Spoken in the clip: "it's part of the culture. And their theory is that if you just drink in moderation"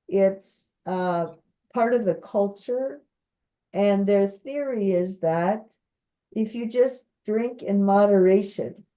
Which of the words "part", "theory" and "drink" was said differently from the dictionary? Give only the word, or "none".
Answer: none